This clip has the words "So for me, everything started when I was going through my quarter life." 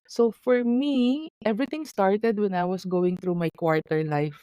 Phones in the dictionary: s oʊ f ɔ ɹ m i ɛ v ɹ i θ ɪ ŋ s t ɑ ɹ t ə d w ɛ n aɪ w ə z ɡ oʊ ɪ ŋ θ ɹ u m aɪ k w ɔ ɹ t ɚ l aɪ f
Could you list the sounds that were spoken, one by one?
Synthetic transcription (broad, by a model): s oʊ f ɔ ɹ m i ɛ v ɹ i t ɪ ŋ s t ɑ ɹ t ə d w ɛ n aɪ w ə s ɡ oʊ ɪ ŋ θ ɹ u m aɪ k w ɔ ɹ t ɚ l aɪ f